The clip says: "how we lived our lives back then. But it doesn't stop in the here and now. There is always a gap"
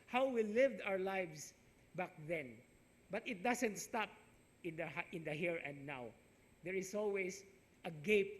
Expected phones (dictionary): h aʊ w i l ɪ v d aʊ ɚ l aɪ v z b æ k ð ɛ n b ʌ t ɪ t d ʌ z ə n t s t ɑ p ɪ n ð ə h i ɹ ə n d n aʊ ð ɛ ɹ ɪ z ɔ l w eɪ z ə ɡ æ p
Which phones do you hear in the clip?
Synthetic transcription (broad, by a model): h aʊ w i l ɪ v d aʊ ɚ l aɪ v s b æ k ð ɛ n b ʌ t ɪ t d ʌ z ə n t s t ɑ p ɪ n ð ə h i ɹ ə n d n aʊ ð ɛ ɹ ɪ s ɔ l w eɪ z ə ɡ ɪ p